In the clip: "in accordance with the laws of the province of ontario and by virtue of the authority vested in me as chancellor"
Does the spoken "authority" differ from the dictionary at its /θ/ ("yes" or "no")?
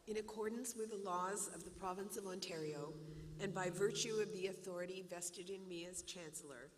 no